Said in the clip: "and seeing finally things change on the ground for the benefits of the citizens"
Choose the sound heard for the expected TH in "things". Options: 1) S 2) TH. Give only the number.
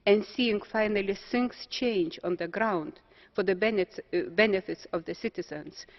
1